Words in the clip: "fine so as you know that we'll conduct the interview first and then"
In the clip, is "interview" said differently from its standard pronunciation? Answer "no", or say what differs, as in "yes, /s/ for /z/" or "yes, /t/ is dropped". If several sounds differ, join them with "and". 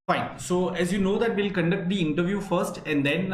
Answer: no